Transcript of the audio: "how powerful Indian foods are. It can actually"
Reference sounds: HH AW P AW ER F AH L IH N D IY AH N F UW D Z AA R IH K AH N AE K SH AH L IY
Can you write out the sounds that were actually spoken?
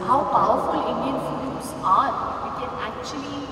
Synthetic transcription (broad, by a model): HH AW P AW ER F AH L IH N D IY AH N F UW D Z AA W IH K AH N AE K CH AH L IY